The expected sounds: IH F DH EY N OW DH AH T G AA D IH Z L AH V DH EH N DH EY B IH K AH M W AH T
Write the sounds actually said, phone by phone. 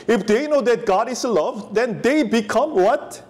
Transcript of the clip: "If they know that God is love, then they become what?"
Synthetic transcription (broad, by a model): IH F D EY N OW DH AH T G AA D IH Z L AH V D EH N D EY B IH K AH M W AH T